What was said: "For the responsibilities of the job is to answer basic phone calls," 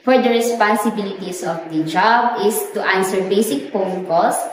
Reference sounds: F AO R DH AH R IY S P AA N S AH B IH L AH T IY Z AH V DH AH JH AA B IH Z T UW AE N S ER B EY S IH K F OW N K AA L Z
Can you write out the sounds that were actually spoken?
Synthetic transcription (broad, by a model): F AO R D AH R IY S P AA N S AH B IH L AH T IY S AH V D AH JH AA B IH S T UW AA N S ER B EY S IH K P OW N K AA L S